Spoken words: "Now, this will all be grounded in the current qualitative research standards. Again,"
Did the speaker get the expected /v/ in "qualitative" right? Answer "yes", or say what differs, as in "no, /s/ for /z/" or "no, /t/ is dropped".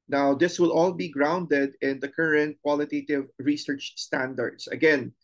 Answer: yes